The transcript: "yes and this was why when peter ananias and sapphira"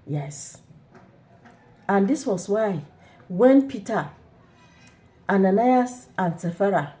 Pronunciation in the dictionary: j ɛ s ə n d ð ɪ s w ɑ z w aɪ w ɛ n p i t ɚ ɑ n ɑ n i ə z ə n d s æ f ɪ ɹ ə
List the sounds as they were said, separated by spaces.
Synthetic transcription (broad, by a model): j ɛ s ə n d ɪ s w ɑ s w aɪ w ɛ n p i t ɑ ɑ n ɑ n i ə s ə n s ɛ f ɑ ɹ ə